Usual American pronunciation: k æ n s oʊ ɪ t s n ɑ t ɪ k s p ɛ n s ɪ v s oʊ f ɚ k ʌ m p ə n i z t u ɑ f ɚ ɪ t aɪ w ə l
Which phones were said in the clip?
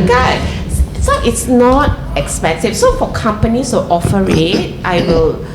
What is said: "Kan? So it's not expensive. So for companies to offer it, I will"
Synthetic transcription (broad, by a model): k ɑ s oʊ ɪ t s n ɑ t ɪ k s p ɛ n s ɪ f s oʊ f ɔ k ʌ m p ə n i s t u ɑ f ɚ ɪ t aɪ w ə l